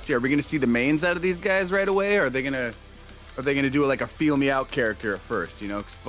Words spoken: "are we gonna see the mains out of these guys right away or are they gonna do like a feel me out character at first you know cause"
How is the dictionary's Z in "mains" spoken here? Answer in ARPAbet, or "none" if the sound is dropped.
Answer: Z